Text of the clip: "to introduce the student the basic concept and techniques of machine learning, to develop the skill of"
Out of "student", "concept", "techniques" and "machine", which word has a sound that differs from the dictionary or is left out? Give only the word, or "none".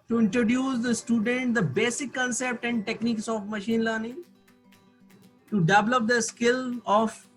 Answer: none